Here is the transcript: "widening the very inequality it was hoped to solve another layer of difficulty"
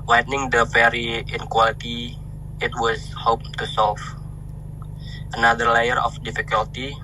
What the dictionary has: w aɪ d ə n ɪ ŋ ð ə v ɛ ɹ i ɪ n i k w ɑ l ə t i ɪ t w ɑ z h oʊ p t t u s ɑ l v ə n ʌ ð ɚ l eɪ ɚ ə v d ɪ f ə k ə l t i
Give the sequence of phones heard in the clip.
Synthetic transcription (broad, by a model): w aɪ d n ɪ ŋ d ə b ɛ ɹ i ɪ n k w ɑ l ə t i ɪ t w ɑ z h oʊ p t t u s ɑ l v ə n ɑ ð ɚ l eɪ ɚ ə f d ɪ f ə k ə l t i